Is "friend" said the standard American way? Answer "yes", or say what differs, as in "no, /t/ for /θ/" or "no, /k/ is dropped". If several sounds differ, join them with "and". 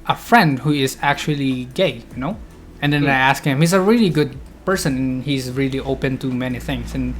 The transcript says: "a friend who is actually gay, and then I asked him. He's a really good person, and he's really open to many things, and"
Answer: yes